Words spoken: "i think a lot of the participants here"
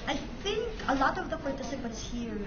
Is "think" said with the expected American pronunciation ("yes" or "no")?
yes